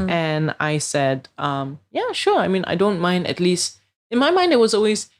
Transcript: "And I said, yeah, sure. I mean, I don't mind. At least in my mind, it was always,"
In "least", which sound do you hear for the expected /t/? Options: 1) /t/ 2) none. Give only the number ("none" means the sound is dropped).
1